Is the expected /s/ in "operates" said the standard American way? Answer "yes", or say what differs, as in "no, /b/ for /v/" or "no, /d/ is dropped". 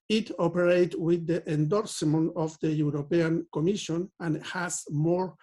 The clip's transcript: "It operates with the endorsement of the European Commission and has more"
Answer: no, /s/ is dropped